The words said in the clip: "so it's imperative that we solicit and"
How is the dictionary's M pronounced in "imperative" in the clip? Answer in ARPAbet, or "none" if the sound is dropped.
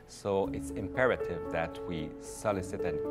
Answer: M